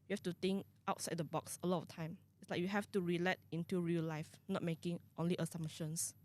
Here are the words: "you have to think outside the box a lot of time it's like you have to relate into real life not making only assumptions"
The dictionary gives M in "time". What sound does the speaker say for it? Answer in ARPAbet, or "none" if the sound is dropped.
M